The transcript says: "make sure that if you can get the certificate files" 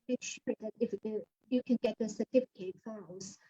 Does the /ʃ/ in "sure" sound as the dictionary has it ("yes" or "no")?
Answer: yes